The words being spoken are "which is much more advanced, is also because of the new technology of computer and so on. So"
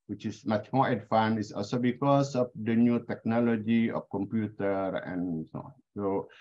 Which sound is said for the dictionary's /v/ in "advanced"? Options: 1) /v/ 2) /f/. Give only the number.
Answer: 2